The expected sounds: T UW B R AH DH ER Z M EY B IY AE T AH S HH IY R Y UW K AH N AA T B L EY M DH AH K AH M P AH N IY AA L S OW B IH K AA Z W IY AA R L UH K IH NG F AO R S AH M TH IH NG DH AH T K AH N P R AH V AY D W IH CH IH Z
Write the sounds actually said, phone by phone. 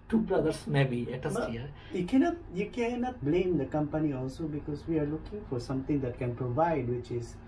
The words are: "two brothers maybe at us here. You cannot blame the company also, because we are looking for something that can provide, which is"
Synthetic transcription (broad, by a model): T UW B R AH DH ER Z M EY B IY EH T AH S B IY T Y UW K AH N AA T B L EY M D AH K AH M P AH N IY AA L S OW B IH K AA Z W IY AA R L UH K IH NG F AO R S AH M T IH NG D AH T K AH N P R AH V AY D W IH CH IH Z